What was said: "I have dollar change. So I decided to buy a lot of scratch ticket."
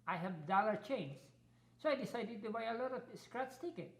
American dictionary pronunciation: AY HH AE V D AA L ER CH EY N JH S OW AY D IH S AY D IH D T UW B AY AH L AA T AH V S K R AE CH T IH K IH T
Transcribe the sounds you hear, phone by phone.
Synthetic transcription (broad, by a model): AY HH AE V D AA L ER CH EY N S S OW AY D IH S AY D IH D T UW B AY AH L AA T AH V S K R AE S T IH K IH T